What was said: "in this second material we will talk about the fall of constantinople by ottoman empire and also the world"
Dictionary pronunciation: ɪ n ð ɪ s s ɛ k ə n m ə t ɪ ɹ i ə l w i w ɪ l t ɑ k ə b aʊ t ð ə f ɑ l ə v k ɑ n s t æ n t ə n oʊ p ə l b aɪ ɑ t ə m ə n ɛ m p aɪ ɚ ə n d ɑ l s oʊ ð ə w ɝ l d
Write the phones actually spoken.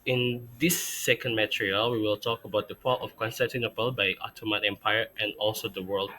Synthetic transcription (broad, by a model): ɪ n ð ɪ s s ɛ k ə n m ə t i ɹ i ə l w i w ɪ l t ɑ k ə b aʊ t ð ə p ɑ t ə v k ɑ n s t æ n t ə n oʊ p ə l b aɪ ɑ t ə m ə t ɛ m p aɪ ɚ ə n ɑ l s oʊ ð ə w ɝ l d